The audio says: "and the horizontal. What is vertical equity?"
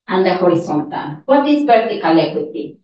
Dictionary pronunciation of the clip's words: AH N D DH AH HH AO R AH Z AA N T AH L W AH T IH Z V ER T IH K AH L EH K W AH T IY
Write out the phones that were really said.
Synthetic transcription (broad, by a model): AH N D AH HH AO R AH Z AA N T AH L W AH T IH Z P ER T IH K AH L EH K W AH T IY